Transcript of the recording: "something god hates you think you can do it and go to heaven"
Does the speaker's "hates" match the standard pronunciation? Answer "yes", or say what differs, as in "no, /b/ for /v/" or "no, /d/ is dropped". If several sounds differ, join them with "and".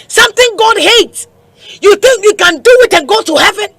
yes